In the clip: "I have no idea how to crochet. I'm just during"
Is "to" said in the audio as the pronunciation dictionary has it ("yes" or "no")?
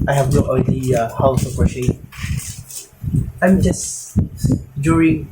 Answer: no